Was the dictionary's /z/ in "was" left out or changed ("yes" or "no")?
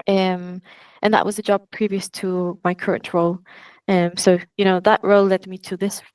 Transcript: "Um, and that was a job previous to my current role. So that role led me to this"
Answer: no